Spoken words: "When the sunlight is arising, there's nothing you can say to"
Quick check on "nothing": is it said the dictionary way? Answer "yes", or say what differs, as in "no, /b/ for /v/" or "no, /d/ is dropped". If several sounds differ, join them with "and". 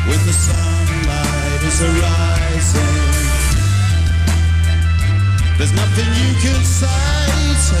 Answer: yes